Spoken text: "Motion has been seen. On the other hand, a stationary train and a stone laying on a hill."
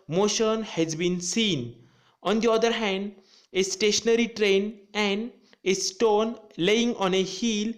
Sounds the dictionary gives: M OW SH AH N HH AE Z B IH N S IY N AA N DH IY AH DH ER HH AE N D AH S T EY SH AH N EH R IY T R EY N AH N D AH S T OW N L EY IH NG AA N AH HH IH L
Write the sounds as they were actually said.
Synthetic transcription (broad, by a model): M OW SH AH N HH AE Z B IH N S IY N AA N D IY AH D ER HH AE N D AH S T EY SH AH N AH R IY T R EY N AH N D AH S T OW N L EY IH NG AA N AH HH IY L